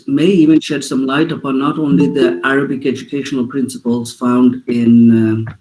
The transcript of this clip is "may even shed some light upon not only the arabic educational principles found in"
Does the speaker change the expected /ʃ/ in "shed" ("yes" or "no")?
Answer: no